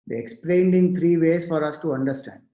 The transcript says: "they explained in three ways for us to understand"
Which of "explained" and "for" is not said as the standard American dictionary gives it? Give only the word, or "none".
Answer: none